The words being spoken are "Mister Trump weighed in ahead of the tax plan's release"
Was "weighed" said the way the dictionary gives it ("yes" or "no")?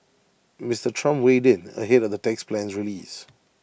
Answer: yes